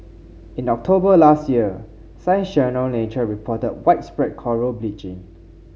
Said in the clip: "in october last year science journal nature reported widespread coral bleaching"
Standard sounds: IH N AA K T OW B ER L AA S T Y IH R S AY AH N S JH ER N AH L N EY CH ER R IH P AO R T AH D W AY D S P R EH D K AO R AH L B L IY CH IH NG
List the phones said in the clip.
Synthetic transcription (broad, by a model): IH N AA K T OW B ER L AA S T Y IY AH S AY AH N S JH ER N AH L N EY CH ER R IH P AO T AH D W AY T S P R EH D K AO R AH L B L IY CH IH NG